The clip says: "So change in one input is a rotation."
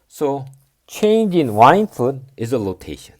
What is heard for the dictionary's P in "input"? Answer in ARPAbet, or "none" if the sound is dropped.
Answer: F